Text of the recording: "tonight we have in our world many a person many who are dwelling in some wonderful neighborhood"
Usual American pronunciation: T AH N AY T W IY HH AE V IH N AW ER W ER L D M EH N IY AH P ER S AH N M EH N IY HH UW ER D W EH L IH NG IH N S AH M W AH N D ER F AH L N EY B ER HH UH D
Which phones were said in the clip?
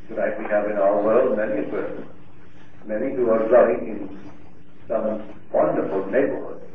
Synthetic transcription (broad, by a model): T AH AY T W IY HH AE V IH N AW ER W ER L D M EH N IY AH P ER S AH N M EH N IY HH UW ER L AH IH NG IH N S AH M W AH N D ER F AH L N EY B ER HH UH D